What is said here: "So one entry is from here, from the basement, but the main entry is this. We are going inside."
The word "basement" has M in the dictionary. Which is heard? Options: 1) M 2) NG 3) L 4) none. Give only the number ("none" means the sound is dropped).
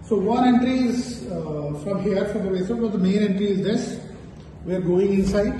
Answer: 4